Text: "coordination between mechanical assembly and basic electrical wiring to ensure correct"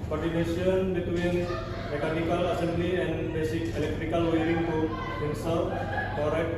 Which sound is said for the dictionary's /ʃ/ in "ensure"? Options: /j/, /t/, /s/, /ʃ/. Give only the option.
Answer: /s/